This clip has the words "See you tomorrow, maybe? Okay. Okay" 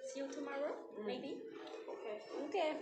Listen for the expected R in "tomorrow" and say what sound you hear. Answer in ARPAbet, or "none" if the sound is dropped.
R